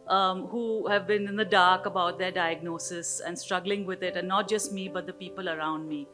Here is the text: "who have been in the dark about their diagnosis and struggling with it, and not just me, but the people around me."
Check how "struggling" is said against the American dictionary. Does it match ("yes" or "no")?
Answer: yes